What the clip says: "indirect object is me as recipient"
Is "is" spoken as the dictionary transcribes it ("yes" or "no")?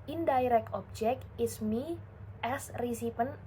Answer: no